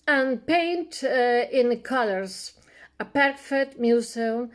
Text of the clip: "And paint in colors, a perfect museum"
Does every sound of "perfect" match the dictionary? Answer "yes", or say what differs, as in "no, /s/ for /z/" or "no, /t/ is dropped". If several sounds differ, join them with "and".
no, /k/ is dropped